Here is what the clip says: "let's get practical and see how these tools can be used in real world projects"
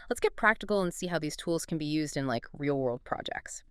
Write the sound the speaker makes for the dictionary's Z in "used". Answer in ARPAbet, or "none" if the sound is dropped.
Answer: Z